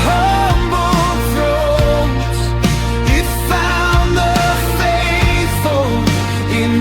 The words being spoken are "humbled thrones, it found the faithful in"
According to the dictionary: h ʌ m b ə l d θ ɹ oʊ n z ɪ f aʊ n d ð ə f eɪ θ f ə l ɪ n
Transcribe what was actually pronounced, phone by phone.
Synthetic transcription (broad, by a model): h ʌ m b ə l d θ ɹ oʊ z ɪ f aʊ n ð ə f eɪ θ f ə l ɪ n